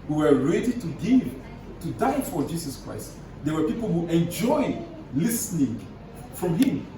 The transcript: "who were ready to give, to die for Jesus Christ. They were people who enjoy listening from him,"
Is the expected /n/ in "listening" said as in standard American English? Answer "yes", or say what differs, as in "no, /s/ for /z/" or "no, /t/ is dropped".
yes